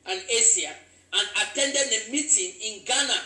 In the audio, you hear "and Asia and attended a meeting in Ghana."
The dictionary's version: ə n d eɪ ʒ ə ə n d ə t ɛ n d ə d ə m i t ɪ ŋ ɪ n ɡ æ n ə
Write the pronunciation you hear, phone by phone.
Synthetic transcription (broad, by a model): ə n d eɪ s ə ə n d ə t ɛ n d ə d ə m i t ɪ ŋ ɪ n ɡ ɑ n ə